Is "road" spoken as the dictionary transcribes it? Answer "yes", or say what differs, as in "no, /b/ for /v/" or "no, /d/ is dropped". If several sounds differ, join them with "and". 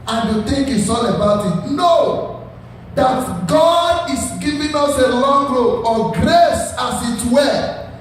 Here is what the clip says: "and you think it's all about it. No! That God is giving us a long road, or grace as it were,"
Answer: no, /d/ is dropped